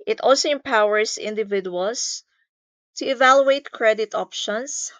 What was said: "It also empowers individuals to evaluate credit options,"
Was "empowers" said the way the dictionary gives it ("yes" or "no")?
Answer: no